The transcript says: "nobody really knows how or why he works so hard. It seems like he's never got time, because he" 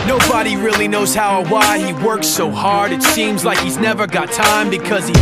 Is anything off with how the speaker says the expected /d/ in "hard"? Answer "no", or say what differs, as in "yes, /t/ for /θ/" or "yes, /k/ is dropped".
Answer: no